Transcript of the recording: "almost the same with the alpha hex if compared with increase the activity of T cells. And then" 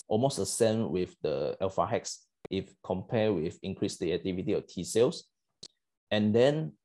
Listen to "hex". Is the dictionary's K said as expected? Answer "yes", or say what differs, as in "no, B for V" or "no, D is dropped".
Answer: yes